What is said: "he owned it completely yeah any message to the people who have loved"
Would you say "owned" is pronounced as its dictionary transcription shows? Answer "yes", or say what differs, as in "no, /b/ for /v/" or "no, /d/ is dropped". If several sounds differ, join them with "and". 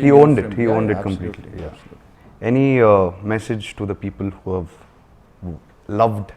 yes